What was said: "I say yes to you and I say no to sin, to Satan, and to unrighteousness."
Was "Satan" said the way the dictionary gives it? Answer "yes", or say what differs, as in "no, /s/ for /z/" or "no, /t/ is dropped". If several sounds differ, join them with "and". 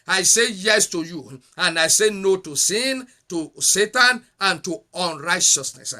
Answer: yes